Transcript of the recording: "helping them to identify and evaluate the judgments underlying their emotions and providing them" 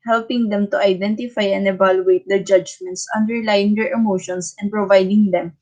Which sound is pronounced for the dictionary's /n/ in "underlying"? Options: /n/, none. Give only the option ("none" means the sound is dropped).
/n/